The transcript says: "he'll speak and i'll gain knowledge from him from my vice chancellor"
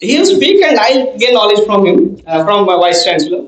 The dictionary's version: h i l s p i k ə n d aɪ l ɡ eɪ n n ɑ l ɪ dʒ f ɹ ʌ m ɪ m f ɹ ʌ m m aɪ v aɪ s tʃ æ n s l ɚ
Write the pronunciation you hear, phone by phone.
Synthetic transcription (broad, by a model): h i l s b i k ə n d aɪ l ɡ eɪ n n ɑ l ɪ dʒ f ɹ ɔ m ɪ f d ɹ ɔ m m aɪ w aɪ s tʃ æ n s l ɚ